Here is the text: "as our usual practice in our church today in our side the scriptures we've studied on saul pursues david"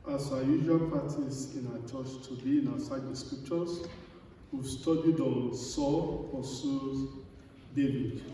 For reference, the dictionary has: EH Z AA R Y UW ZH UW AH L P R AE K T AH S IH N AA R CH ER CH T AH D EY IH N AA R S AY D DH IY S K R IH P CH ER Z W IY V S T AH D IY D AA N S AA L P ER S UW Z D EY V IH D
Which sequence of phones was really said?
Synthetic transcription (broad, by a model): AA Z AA Y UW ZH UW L P AA T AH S IH N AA CH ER CH T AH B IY IH N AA S AY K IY S K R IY P CH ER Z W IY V S T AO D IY D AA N S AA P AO S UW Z D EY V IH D